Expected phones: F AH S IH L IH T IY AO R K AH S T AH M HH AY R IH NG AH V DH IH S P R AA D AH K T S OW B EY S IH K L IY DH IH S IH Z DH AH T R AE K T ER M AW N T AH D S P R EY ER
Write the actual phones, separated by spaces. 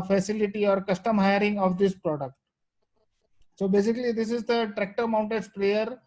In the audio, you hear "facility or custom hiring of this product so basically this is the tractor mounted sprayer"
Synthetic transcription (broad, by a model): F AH S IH L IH T IY AO R K AH S T AH M HH AY R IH NG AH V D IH S P R AA D AH K T S OW B EY S IH K L IY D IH S IH Z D AH T R AE K T ER M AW N T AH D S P R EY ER